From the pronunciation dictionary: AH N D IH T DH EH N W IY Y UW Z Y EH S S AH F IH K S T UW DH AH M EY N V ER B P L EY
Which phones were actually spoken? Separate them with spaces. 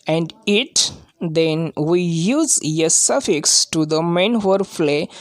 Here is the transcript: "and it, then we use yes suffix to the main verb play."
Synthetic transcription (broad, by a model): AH N D IH T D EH N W IY Y UW Z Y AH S S AH F IH K S T UW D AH M EY N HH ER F L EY